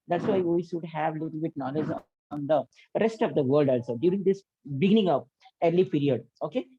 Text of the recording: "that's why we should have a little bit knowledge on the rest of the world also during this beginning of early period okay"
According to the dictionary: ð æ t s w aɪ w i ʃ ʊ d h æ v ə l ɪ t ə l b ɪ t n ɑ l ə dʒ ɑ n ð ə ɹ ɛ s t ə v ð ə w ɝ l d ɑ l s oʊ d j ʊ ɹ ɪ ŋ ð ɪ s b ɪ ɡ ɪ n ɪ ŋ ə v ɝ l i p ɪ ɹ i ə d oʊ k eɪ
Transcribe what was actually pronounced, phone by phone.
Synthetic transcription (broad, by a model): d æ t s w aɪ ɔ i s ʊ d h æ v ə l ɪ t l b ɪ t n ɑ l ə dʒ ɑ n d ə ɹ ɛ s t ə v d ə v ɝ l d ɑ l s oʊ d j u ɹ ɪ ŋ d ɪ s b ɪ ɡ ɪ n ɪ ŋ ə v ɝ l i p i ɹ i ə d oʊ k eɪ